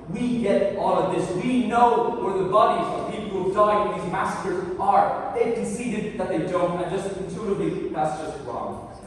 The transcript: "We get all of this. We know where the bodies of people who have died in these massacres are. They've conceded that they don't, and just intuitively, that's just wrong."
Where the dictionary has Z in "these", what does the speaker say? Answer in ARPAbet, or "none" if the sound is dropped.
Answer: Z